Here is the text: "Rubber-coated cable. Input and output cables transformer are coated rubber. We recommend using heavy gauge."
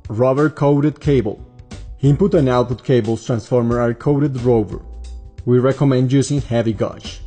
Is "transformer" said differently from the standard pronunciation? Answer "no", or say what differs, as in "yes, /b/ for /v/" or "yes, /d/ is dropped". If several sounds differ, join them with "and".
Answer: no